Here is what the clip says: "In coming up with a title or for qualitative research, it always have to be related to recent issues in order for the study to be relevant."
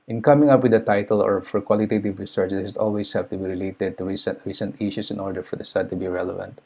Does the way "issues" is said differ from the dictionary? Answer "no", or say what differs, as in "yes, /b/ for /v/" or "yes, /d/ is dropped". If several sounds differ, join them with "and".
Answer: yes, /s/ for /z/